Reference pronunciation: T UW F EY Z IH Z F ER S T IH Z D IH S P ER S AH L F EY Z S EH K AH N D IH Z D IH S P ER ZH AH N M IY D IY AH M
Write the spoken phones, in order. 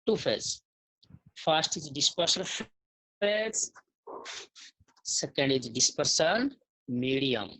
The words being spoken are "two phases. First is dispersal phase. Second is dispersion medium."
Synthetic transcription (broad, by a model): T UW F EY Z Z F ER S T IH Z D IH S P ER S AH N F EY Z S EH K AH N D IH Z D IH S P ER S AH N M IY D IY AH M